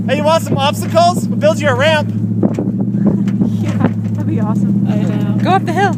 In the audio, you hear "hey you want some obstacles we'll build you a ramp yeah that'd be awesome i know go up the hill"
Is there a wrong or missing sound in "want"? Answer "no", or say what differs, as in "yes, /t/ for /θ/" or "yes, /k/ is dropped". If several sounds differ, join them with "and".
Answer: yes, /n/ is dropped